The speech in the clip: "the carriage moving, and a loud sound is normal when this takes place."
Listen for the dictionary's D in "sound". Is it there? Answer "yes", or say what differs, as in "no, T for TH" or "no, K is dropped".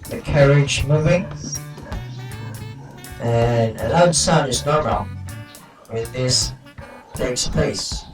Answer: no, D is dropped